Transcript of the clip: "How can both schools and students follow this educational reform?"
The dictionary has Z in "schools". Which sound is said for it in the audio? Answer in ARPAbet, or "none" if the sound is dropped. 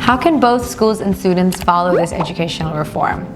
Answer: Z